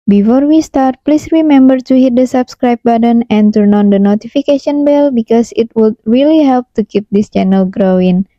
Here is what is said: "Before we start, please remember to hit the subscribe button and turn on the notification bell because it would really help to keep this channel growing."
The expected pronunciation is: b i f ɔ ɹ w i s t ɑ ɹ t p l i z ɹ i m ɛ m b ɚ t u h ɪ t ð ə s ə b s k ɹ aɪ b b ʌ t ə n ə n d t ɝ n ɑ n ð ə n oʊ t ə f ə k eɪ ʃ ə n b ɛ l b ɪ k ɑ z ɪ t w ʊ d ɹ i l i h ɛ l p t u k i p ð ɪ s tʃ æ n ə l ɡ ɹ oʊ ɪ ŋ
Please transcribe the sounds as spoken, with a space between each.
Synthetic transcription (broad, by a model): b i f ɔ ɹ w i s t ɑ ɹ t p l i s ɹ i m ɛ m b ɚ t u h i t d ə s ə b s k ɹ aɪ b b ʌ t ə n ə n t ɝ n ɑ n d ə n oʊ t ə f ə k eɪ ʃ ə n b ɛ l b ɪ k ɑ s ɪ t w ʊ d ɹ i l i h ɛ l p t u k i p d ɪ s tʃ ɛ n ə l ɡ ɹ oʊ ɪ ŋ